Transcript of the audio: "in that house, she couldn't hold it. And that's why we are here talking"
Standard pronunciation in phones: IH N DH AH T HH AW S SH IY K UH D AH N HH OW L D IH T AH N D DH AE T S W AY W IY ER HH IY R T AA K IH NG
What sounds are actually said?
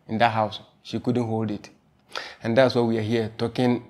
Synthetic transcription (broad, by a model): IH N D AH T HH AW S SH IY K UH D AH N HH OW L D IH T AH N D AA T S W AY W IY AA HH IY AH T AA K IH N